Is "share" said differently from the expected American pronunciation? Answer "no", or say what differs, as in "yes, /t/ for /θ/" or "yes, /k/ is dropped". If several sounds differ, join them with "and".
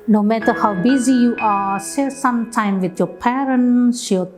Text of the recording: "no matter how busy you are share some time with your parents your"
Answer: yes, /s/ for /ʃ/